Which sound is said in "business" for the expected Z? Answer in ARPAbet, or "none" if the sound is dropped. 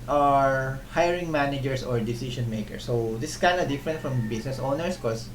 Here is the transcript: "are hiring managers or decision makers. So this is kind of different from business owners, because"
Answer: S